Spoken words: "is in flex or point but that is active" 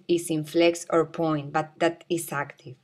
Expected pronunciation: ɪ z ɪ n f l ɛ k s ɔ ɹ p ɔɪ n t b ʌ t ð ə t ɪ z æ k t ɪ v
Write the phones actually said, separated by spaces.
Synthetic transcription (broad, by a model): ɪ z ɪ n f l ɛ k s ɔ ɹ p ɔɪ n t b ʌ t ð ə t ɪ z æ k t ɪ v